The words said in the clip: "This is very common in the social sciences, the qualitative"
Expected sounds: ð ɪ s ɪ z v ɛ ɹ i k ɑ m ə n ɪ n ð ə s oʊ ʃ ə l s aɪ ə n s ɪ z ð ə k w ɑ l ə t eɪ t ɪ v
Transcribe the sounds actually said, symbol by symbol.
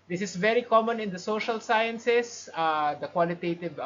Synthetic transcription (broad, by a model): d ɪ s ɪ s v ɛ ɹ i k ɑ m ə n ɪ n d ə s oʊ ʃ ə l s aɪ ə n s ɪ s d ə k w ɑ l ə t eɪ t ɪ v